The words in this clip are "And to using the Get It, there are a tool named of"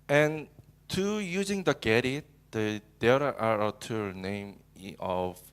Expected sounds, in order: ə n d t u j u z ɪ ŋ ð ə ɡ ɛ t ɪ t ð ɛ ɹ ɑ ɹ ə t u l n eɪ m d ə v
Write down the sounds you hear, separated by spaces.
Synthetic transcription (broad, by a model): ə n t u j u z ɪ ŋ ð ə ɡ ɛ t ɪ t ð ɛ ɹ ɑ ɹ ə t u n eɪ m ə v